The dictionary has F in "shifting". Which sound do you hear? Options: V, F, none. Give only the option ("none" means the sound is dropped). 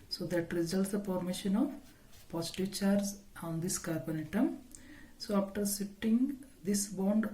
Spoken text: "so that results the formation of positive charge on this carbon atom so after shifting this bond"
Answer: none